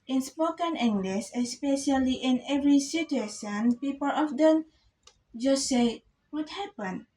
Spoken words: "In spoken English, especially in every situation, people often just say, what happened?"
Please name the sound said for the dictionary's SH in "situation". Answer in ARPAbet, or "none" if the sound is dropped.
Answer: S